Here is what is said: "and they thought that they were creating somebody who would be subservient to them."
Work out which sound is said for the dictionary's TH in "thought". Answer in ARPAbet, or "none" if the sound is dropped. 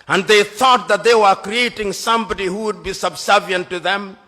TH